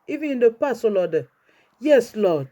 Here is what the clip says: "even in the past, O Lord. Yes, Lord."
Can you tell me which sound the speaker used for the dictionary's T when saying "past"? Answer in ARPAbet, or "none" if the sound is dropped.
none